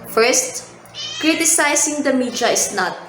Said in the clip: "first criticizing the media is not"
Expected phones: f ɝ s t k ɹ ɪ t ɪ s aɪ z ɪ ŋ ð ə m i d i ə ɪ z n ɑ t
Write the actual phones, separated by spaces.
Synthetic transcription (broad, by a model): f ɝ s t k ɹ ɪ t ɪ s aɪ s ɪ ŋ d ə m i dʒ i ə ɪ s n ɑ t